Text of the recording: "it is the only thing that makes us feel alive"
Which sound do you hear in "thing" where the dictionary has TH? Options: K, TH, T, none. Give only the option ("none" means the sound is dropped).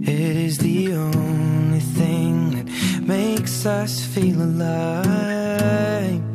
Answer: TH